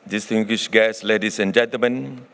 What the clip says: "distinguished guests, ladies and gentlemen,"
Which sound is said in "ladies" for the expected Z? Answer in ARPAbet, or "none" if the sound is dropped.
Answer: S